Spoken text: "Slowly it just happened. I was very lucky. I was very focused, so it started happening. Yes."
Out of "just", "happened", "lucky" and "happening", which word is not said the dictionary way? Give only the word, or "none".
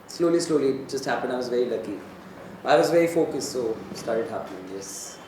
happened